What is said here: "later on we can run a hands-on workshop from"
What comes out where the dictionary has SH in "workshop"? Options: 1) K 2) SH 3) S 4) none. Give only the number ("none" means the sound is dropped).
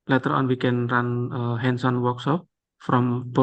3